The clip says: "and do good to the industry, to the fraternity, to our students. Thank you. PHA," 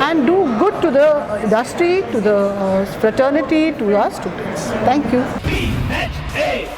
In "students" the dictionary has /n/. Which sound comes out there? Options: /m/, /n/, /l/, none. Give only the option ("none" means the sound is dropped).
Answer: /n/